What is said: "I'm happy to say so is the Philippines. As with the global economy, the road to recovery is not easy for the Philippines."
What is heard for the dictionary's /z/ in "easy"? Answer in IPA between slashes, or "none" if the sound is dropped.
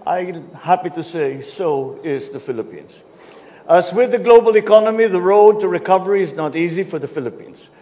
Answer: /z/